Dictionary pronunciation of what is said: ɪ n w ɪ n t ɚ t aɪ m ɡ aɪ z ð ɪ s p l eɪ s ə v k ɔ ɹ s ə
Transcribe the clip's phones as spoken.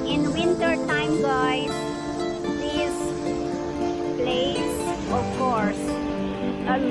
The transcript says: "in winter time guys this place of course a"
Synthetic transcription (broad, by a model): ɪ n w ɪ n t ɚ t aɪ m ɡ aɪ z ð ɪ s b l eɪ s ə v k ɔ ɹ s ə